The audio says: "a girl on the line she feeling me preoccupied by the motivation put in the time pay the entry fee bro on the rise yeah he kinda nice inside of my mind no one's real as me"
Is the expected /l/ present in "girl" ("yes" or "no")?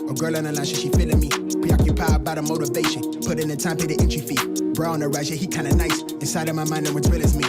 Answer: yes